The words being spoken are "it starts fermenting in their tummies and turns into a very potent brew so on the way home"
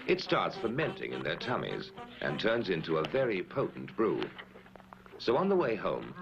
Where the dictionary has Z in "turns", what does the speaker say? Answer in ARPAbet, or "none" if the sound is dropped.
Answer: Z